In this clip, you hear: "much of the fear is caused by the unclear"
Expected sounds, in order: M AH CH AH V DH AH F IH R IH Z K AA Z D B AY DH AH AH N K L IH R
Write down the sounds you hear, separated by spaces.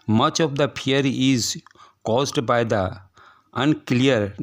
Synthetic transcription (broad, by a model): M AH CH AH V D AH P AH R IH Z K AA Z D B AY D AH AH N K L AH R